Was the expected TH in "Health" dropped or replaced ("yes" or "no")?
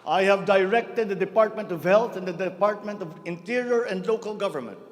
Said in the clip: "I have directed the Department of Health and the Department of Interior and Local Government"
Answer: yes